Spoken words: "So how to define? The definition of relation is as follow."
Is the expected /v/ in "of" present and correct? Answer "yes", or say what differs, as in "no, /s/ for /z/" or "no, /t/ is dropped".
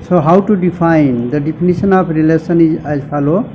no, /p/ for /v/